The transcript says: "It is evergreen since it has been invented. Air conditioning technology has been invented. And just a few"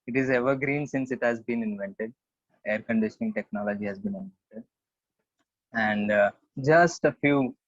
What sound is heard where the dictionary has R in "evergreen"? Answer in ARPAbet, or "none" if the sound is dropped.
R